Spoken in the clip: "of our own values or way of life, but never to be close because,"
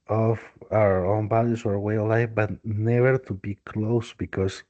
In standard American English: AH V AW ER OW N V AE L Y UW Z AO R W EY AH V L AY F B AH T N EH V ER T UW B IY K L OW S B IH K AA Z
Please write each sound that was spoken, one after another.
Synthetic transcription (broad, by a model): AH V AW ER OW N B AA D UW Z AO R W EY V L AY F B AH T N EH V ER T UW B IY K L OW S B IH K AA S